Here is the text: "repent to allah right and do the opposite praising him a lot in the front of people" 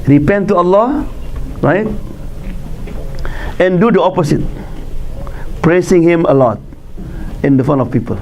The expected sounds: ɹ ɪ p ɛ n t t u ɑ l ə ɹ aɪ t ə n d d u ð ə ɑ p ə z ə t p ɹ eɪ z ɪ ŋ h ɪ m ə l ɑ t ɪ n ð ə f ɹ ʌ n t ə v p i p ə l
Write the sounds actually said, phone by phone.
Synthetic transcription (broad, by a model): ɹ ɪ p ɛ n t t u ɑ l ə ɹ aɪ t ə n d d u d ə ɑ p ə s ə t p ɹ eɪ s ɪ ŋ h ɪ m ə l ɑ t ɪ n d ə f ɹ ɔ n ə f p i p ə l